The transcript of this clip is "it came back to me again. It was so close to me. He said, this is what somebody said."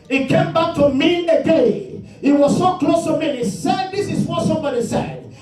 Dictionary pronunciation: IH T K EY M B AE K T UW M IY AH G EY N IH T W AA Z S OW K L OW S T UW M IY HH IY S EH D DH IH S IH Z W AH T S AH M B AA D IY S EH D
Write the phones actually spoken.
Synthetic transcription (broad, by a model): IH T K EY M B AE K T UW M IY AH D EY IH T W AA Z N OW K L OW S T UW M IY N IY S EH D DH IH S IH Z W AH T S AH M B AA D IY S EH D